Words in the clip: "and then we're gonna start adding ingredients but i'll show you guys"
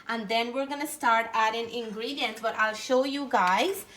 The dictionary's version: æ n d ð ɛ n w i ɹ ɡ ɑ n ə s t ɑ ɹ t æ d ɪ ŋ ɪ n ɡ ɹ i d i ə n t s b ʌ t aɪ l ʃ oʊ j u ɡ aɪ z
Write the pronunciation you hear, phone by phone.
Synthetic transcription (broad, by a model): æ n d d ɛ n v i ɹ ɡ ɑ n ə s t ɑ ɹ t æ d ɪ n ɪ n ɡ ɹ i d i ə n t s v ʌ t aɪ l ʃ oʊ j u ɡ aɪ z